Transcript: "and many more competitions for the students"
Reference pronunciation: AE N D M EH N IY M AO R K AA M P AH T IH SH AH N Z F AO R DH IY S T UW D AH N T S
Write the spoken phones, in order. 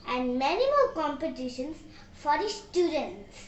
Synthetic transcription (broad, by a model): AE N D M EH N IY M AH L K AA M P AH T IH SH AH N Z F AO R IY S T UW D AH N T S